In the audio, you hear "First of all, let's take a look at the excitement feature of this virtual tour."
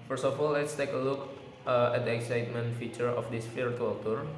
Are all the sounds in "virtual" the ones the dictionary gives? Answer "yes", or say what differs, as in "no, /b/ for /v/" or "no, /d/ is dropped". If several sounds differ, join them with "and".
no, /f/ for /v/